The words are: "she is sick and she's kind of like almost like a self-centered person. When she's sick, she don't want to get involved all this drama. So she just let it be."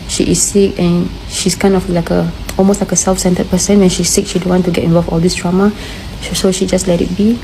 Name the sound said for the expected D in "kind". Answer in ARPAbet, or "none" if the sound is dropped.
none